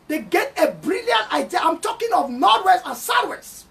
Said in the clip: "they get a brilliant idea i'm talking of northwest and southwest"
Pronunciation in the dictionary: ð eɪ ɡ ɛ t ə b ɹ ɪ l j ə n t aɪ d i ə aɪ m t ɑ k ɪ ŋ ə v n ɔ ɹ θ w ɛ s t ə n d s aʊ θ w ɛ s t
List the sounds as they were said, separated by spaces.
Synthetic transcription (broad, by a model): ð eɪ ɡ ɛ t ə b ɹ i l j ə n t aɪ d i ə aɪ m t ɑ k ɪ ŋ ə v n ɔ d w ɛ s ə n s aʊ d w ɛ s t